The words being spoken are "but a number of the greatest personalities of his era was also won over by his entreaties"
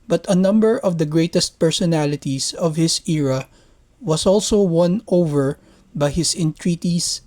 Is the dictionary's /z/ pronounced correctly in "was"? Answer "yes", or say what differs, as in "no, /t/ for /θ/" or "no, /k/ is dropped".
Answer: no, /s/ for /z/